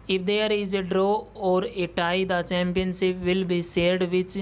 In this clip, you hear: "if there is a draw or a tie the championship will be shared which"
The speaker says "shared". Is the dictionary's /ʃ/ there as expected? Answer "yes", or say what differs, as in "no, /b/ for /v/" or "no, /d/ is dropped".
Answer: no, /s/ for /ʃ/